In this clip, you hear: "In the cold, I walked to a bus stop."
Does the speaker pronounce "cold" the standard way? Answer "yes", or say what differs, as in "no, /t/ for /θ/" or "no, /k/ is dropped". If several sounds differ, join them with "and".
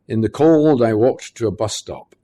yes